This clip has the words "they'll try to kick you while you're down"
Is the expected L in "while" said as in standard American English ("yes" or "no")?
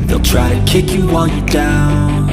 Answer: no